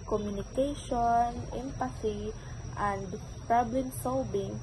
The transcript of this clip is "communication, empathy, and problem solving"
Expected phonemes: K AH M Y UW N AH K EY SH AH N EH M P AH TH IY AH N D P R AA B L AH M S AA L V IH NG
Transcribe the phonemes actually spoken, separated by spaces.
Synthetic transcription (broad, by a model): K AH M Y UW N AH K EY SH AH N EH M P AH S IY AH N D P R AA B L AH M S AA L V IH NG